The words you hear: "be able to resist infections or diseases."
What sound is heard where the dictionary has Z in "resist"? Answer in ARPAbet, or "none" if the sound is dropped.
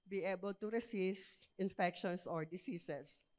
S